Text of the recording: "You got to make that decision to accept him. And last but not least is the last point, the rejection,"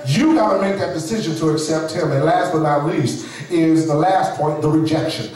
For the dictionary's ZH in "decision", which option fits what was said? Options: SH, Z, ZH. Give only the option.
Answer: ZH